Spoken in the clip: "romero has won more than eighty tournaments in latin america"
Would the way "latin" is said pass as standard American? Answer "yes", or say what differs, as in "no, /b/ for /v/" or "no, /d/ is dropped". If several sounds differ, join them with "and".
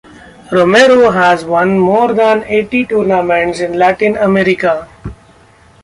yes